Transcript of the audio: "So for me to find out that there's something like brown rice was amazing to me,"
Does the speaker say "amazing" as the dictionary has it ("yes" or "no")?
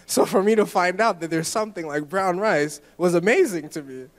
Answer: yes